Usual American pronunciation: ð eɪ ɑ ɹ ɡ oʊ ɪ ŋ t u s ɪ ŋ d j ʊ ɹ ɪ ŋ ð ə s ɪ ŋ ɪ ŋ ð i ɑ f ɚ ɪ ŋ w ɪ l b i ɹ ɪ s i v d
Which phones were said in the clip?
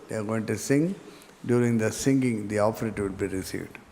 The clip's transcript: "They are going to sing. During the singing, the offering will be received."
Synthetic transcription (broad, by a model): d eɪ ɑ ɹ ɡ oʊ ɪ ŋ t u s ɪ ŋ d j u ɹ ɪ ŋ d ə s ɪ ŋ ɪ ŋ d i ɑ p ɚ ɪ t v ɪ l b i ɹ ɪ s i v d